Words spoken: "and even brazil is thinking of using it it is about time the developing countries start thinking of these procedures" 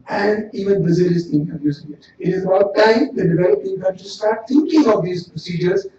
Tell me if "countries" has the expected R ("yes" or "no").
no